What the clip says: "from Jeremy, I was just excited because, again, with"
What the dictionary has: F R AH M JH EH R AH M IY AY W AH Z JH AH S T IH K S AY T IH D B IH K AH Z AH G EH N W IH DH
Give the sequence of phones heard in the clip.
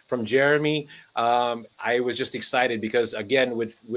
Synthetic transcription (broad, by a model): F R AH M JH EH R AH M IY AY W AH Z JH AH S T IH K S AY T IH D B IH K AH Z AH G EH N W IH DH